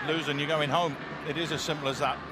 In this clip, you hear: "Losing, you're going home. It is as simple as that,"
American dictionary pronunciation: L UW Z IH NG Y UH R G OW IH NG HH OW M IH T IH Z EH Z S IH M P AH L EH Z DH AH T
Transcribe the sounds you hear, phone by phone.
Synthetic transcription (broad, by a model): L UW Z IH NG Y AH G OW IH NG HH OW M IH T IH Z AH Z S IH M P L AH Z DH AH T